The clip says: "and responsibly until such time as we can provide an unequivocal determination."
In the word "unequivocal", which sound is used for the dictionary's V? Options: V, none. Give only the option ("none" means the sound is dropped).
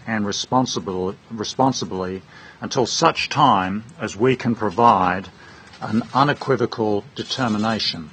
V